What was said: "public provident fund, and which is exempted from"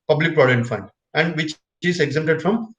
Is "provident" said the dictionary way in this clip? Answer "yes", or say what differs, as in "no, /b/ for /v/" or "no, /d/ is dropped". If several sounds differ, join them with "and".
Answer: no, /n/ is dropped